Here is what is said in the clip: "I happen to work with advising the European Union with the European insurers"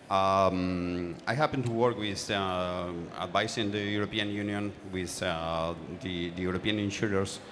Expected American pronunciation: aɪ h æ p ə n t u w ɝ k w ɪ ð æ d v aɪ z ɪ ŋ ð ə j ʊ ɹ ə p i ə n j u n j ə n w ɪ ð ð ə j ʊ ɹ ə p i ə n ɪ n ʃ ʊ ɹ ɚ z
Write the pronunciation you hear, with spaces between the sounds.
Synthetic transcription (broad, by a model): aɪ h æ p ə n t u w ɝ k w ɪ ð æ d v aɪ s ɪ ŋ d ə j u ɹ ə p i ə n j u n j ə n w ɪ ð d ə j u ɹ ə p i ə n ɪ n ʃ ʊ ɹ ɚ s